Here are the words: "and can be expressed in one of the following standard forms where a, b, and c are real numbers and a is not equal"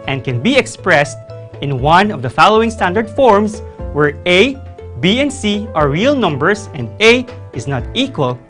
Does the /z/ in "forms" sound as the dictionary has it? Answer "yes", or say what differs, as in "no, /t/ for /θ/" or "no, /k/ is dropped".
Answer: no, /s/ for /z/